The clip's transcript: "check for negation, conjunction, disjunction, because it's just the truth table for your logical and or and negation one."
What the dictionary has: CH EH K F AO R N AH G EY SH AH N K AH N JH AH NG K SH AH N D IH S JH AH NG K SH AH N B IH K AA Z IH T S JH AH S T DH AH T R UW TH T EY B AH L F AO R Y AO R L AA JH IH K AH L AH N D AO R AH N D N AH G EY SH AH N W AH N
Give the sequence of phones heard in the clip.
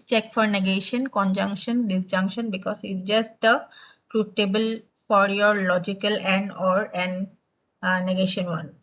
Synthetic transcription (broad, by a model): CH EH K F AO R N AH G EY SH AH N K AH N JH AH NG K SH AH N D IH S JH AH NG K SH AH N B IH K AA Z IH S JH AH S T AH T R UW T EY B AH L F AO R Y AO R L AA JH IH K AH L AH N D AO R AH N N AH G EY SH AH N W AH N